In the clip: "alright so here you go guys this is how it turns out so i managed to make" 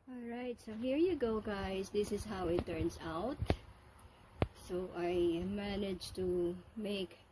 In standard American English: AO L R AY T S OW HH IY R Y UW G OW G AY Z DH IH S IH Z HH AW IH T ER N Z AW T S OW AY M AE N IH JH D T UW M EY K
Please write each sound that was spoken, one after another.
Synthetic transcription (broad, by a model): AO L R AY T S OW HH IY R Y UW G OW G AY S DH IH S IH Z HH AW IH T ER N S AW T S OW AY M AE N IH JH T UW M EY K